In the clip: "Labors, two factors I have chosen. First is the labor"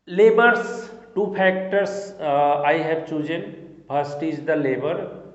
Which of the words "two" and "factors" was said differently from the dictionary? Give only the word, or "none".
factors